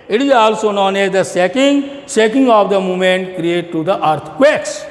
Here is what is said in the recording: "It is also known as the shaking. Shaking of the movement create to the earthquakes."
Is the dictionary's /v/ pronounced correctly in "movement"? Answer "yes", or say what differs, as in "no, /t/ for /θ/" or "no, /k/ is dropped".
no, /v/ is dropped